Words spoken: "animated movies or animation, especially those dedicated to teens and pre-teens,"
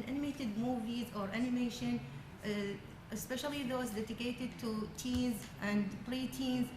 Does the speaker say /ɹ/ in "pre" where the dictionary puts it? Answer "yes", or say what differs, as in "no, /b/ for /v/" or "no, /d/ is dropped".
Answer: no, /l/ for /ɹ/